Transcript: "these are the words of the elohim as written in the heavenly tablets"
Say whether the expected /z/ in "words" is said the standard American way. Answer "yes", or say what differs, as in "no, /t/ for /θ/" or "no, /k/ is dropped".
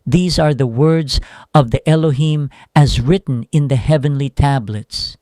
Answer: yes